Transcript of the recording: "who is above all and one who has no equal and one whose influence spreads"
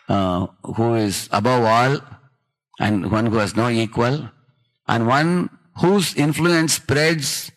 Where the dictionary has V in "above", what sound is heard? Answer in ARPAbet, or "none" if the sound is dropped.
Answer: V